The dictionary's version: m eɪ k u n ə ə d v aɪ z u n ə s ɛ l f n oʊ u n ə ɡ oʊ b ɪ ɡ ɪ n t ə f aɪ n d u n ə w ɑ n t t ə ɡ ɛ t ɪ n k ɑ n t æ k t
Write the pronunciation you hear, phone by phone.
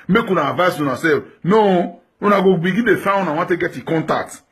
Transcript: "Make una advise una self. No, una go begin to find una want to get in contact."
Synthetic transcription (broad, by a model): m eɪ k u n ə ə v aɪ s u n ə s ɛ f n oʊ u n ə ɡ oʊ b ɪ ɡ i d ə f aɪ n u n ə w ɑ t t ə ɡ ɛ t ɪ k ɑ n t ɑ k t